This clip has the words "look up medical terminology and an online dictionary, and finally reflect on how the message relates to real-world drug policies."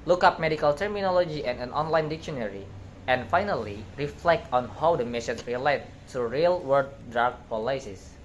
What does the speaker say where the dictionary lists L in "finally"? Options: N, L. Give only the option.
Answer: L